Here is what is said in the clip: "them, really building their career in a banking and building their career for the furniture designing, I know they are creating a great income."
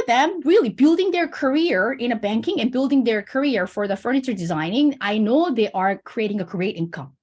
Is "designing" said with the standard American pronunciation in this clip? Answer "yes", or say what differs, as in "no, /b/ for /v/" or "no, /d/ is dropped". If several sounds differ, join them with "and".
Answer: yes